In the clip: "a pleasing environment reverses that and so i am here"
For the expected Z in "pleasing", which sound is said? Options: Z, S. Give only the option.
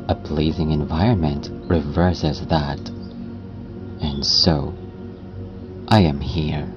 Z